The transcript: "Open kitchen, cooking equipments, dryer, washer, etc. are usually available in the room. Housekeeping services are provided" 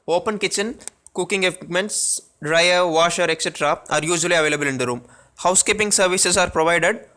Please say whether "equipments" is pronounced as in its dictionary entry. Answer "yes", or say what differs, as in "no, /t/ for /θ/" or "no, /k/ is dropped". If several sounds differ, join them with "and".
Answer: no, /p/ is dropped